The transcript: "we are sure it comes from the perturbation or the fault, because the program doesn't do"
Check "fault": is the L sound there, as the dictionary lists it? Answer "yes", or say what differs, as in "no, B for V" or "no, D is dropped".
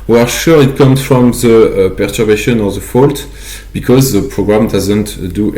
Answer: yes